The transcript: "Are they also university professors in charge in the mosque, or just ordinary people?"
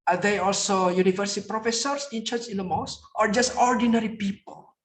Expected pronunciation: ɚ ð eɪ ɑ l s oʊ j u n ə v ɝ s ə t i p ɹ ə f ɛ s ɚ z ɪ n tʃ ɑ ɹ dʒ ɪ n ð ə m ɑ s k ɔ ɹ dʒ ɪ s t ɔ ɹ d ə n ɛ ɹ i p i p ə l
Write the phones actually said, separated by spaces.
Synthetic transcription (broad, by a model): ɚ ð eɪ ɑ l s oʊ j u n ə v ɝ s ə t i p ɹ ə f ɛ s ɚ s ɪ n tʃ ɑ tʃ ɪ n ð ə m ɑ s ɔ ɹ dʒ ɪ s t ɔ ɹ d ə n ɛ ɹ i p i p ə l